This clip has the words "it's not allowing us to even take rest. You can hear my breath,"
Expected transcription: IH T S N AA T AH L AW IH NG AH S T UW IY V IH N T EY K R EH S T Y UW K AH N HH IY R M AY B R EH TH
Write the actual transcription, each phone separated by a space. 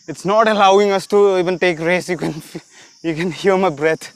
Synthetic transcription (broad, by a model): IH T S N AA T AH L AW IH NG AH S T UW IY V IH N T EY K R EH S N Y UW K AH N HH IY L M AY B R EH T